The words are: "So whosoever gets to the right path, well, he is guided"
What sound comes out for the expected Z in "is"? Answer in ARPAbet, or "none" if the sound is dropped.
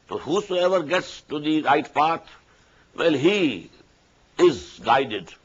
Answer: Z